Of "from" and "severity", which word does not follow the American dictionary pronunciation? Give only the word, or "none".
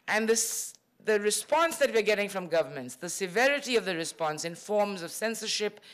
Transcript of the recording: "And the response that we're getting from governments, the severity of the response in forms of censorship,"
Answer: none